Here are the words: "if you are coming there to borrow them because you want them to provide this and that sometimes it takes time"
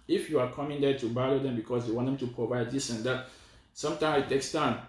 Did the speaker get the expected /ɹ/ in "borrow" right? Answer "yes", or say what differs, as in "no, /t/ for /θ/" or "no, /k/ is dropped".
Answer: no, /l/ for /ɹ/